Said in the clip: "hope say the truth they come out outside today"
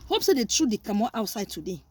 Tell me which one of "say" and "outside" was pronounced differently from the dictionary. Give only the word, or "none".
none